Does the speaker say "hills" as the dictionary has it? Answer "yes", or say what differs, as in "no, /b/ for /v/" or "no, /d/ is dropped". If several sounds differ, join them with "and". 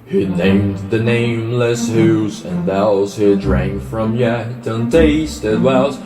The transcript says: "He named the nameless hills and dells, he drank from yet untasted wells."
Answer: no, /l/ is dropped